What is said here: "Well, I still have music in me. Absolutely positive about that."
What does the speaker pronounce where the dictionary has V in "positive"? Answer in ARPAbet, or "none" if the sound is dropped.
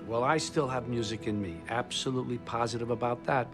V